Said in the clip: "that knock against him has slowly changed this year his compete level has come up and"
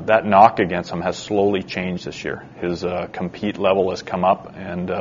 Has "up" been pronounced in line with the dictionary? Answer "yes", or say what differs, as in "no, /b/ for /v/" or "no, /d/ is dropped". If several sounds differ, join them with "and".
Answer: yes